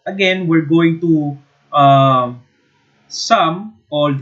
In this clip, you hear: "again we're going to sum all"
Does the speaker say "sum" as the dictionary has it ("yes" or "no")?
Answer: yes